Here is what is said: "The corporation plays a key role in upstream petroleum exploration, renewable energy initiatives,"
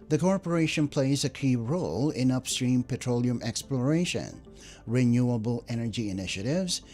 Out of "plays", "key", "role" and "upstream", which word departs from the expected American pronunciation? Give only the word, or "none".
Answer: none